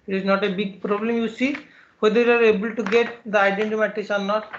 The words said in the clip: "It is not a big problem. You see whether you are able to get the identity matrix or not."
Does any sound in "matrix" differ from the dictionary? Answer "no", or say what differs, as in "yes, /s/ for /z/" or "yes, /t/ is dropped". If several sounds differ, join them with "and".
yes, /ɹ/ is dropped